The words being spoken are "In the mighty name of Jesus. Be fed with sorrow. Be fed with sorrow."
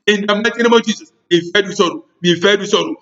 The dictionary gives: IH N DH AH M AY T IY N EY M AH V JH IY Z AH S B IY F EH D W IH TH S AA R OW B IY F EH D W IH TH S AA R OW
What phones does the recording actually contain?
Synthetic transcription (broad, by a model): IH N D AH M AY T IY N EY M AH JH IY S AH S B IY F EH D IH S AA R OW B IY F EH D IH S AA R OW